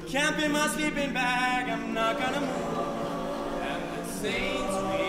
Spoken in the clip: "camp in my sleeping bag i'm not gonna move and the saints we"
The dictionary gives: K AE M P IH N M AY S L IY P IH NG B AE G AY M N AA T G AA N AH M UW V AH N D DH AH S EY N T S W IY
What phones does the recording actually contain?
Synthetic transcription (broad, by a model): K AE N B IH M AY S L IY P IH NG B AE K AY M N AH T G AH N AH M UW V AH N DH AH S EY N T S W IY